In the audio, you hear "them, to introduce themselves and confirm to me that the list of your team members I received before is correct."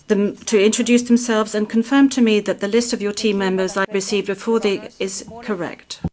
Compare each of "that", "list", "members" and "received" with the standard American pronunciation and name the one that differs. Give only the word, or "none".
none